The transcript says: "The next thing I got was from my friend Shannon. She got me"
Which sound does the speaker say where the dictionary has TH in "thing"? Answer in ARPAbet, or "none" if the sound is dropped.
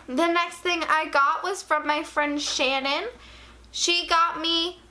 TH